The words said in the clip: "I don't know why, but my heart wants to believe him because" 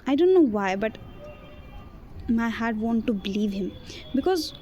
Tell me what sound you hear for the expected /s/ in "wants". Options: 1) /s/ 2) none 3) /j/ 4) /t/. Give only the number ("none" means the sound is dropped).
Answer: 2